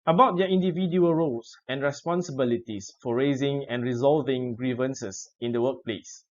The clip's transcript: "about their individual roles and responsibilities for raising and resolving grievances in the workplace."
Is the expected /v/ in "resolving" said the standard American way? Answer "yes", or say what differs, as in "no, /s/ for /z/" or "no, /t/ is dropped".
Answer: yes